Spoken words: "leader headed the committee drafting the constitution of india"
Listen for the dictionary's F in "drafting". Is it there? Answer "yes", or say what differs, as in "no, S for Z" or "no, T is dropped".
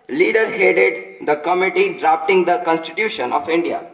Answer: no, P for F